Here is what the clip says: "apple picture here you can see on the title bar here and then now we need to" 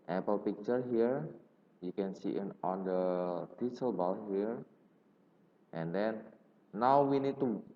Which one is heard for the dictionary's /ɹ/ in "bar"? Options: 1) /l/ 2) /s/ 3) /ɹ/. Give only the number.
1